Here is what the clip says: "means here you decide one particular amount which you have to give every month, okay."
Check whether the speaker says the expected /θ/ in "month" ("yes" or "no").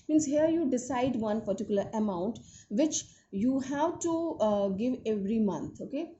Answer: no